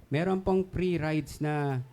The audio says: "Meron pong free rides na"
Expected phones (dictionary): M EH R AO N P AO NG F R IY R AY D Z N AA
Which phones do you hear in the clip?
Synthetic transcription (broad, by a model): M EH R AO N P AO NG P R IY R AY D S N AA